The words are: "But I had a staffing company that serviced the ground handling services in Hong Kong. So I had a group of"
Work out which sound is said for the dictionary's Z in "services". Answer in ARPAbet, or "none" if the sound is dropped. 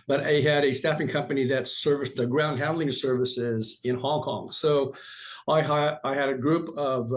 Z